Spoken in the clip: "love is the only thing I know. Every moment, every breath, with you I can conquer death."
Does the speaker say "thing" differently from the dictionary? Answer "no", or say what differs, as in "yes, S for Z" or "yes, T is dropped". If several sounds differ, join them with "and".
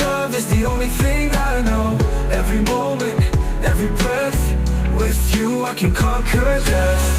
no